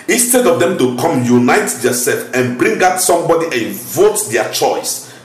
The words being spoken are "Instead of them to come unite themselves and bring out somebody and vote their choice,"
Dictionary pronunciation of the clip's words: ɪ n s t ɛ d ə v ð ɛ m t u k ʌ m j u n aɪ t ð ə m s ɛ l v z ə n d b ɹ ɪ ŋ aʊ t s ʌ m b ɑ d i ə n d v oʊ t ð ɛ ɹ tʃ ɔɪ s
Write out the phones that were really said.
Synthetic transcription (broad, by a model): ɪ n s t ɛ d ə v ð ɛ m t u k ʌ m j u n aɪ t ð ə s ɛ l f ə n b ɹ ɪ ŋ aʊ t s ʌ m b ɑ d i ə n v oʊ t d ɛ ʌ tʃ ɔɪ s